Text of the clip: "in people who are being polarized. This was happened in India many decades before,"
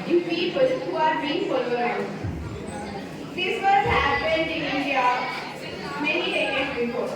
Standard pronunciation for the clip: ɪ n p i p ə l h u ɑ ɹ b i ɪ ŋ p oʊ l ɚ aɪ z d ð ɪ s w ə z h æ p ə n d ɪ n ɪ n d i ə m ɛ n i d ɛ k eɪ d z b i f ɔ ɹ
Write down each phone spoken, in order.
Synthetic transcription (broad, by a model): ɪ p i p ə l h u ɑ ɹ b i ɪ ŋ f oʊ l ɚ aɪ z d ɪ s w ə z h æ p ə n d ɪ n ɪ n d i ə m ɛ n i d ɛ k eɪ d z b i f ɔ